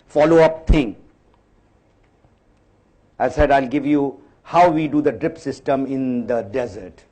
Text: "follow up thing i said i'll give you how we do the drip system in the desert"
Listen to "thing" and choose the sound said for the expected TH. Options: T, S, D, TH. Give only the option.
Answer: T